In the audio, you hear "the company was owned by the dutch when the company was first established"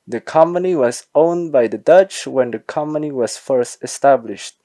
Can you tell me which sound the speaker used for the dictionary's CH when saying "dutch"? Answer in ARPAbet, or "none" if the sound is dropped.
CH